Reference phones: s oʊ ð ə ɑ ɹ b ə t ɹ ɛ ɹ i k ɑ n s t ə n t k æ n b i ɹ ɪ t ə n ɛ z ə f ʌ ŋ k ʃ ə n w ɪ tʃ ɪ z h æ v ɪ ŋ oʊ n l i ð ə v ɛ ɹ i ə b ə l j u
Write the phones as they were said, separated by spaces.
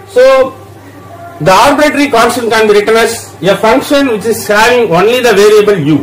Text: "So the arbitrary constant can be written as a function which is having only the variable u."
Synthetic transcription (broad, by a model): s oʊ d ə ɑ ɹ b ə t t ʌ ɹ i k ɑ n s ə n k æ n b i ɹ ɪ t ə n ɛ s ə f ʌ ŋ k ʃ ə n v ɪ tʃ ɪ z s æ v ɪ ŋ oʊ n l i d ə v ɛ ɹ i ə b ə l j u